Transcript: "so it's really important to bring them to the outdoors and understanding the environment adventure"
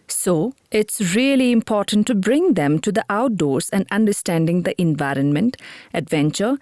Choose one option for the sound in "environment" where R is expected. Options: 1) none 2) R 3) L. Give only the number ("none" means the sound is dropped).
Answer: 2